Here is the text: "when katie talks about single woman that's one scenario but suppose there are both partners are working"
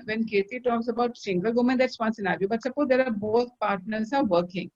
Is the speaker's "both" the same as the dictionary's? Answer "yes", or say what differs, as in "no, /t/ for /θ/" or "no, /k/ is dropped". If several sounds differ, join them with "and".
no, /t/ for /θ/